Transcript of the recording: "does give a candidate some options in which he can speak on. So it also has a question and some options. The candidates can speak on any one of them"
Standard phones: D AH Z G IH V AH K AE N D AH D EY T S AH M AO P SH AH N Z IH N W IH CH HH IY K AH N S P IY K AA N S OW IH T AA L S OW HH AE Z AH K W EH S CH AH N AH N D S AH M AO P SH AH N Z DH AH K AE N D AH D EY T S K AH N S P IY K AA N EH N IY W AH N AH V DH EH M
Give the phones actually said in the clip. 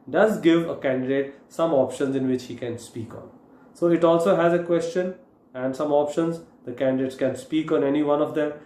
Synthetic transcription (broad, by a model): D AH Z G IH V AH K AE N D AH D EY T S AH M AO P SH AH N Z IH N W IH CH HH IY K AH N S P IY K AA N S OW IH T AA L S OW HH AE Z AH K W EH S CH AH N AH N D S AH M AO P SH AH N Z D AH K AE N D AH D EY T S K AH N S P IY K AA N EH N IY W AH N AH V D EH M